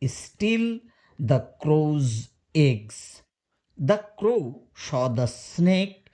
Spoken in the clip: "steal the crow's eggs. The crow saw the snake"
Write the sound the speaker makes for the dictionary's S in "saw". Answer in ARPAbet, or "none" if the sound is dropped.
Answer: SH